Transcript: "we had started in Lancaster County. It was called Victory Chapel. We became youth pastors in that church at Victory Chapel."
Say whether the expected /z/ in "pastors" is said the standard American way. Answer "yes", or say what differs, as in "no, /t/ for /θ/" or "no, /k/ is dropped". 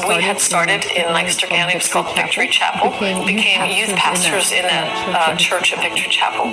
yes